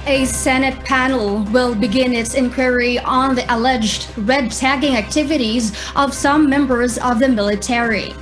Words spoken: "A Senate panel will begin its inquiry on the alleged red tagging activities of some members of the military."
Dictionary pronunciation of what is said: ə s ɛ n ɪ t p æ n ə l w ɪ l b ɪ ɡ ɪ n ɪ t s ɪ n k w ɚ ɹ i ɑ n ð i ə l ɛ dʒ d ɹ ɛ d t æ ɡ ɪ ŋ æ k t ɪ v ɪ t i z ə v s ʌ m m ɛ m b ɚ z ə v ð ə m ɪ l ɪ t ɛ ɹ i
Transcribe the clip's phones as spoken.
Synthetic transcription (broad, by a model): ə s ɛ n ɪ t p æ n l w ɪ l b ɪ ɡ ɪ n ɪ t s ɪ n k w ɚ ɹ i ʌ n ð i ə l ɛ dʒ d ɹ ɛ d t æ ɡ ɪ ŋ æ k t ɪ v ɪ t i z ə v s ʌ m m ɛ m b ɚ z ə v ð ə m ɪ l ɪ t ɛ ɹ i